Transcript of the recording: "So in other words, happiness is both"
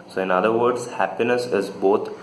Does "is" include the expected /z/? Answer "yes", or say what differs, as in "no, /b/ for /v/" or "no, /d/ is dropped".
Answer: yes